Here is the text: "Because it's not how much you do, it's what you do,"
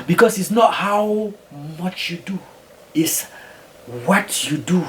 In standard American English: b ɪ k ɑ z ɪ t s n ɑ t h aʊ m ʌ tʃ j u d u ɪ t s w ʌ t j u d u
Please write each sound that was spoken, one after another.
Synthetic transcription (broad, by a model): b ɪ k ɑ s ɪ t s n ɑ t h aʊ m ʌ tʃ j u d u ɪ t s w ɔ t j u d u